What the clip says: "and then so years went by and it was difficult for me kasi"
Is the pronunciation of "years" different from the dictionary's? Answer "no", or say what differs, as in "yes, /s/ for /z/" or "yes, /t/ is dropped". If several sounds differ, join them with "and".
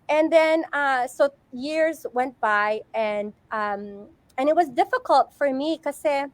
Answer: no